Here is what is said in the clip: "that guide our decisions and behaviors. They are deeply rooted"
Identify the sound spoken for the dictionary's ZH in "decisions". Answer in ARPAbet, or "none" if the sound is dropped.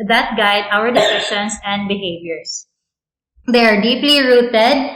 SH